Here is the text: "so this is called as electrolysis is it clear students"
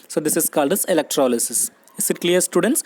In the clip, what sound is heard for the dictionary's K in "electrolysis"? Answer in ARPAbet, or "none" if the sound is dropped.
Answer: K